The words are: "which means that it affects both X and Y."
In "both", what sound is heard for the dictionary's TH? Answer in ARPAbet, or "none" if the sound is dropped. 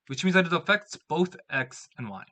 TH